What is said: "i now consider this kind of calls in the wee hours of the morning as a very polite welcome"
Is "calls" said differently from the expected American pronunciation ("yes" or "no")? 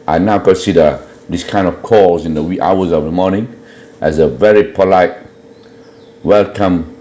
yes